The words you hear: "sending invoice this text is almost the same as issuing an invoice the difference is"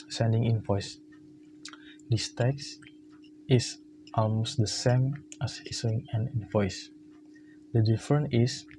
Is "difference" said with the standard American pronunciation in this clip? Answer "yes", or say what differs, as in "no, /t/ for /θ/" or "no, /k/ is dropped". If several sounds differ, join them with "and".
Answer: no, /s/ is dropped